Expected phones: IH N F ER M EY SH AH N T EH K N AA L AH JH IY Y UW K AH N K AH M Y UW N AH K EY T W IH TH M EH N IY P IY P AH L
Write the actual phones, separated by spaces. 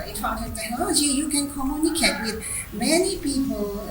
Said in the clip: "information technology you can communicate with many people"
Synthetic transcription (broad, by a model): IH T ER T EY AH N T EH N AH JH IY Y UW K AH N K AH M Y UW N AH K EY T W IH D M EH N IY P IY P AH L